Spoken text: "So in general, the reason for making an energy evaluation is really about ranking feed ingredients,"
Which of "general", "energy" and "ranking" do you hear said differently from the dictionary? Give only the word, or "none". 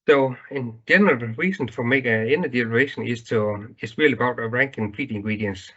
energy